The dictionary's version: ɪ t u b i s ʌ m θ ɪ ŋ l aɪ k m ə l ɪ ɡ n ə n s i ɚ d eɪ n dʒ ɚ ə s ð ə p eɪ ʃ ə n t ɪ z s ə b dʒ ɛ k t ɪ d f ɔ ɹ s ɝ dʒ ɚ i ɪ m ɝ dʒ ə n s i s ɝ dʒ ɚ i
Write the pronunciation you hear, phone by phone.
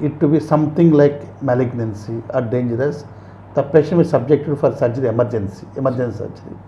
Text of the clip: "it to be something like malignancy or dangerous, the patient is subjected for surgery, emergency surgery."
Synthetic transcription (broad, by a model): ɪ t u b i s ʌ m t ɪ ŋ l aɪ k m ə l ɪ ɡ n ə n s i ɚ d eɪ n dʒ ɚ ə s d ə p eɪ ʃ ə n ɪ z s ə b dʒ ɛ k t ɪ d f ɔ ɹ s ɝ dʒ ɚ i ɪ m ɝ dʒ ə n s i s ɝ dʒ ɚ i